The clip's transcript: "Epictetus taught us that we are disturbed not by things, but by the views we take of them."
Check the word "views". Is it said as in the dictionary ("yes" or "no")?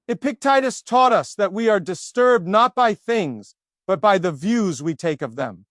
yes